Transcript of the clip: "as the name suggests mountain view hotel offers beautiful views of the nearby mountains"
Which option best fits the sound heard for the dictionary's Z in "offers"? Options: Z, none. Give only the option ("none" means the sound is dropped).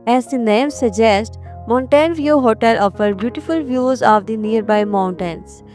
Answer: none